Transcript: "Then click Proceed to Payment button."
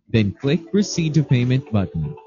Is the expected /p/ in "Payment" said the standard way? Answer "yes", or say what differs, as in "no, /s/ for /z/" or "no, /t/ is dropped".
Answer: yes